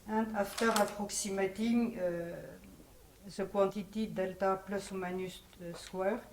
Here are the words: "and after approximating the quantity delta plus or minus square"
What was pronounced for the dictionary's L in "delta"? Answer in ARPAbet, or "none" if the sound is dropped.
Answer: L